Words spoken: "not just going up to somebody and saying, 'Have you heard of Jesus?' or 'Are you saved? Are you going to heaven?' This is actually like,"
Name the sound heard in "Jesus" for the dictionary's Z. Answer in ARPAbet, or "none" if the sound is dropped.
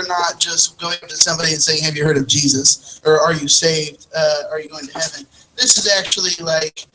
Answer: Z